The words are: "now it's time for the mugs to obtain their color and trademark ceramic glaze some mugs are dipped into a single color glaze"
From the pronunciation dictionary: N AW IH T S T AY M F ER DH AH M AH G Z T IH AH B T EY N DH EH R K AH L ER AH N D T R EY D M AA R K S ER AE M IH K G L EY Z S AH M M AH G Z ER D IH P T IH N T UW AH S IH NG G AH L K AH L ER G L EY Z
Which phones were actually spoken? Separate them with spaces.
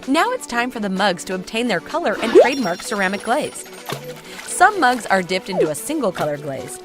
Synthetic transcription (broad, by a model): N AW IH T S T AY M F ER DH AH M AH G Z T IH AH B T EY N DH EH R K AH L ER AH N T R EY D M AA R K S ER AE M IH K G L EY Z S AH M M AH G Z ER D IH P T IH N T UW AH S IH NG G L K AH L ER G L EY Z